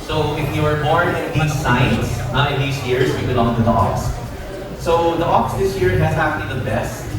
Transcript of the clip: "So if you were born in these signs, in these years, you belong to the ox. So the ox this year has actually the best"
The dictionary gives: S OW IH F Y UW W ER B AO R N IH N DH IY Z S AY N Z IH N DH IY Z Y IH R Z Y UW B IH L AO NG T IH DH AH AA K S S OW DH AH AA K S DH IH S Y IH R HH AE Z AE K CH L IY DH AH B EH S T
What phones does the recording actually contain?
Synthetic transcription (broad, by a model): S OW IH F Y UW W ER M AO R IH N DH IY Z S AY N S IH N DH IY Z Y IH R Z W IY B IH L AO NG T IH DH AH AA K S S OW DH AH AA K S DH IH S Y IH R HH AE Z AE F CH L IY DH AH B EH S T